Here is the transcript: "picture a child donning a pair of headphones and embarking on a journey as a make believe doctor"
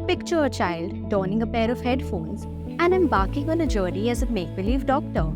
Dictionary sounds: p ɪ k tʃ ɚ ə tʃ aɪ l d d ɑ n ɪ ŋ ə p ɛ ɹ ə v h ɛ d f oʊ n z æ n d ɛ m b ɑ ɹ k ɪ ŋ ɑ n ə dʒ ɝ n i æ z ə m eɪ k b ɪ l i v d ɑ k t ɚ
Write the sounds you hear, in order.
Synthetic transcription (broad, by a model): p ɪ k tʃ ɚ ə tʃ aɪ l d d ɑ n ɪ ŋ ə p ɛ ɹ ə v h ɛ d f oʊ n z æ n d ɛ m b ɑ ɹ k ɪ ŋ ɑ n ə dʒ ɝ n i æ z ə m eɪ k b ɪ l i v d ɑ k t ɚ